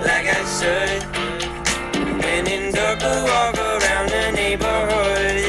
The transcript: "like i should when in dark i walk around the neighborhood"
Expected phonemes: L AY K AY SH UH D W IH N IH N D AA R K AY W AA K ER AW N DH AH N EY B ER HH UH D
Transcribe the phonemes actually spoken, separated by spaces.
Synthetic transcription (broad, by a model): L AY K AY S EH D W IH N IH N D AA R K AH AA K ER AW N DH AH N EY B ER HH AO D